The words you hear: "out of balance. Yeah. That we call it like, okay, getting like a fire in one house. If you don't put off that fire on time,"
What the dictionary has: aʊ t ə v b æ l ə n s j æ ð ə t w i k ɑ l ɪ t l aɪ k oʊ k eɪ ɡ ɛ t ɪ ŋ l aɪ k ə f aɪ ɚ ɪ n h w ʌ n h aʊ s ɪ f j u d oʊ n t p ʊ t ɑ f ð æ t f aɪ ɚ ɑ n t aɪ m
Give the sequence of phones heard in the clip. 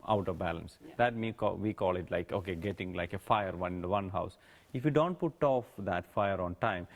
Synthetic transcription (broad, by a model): aʊ t ə v b æ l ə n s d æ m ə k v i k ɑ l ɪ t l aɪ k oʊ k eɪ ɡ ɛ t ɪ ŋ l aɪ k ə f aɪ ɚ ɪ n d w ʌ n h aʊ s ɪ f j u d oʊ n t p ʊ t ɑ f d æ t f aɪ ɚ ɑ n t aɪ m